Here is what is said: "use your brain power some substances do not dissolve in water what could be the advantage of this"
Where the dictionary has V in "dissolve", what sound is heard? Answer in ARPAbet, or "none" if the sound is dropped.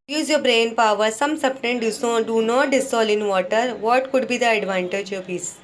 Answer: none